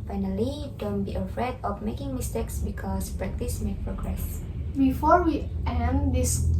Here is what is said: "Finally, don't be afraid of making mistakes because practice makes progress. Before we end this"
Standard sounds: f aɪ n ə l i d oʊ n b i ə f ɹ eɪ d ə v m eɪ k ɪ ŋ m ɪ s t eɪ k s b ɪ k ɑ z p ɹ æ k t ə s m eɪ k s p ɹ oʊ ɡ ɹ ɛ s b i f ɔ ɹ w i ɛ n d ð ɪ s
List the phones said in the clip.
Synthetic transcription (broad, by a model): f aɪ n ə l i d oʊ n b i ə f ɹ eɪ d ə f m eɪ k ɪ ŋ m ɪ s t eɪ k s b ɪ k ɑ s p ɹ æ k t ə s m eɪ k p ɹ oʊ ɡ ɹ ɛ s b i f ɔ ɹ w i ɛ n d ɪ s